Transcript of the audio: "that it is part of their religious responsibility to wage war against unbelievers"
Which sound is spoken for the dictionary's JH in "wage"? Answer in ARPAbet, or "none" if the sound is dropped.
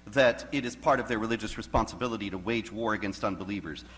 JH